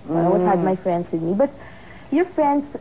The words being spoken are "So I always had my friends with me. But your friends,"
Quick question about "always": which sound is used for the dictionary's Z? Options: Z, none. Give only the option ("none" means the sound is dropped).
none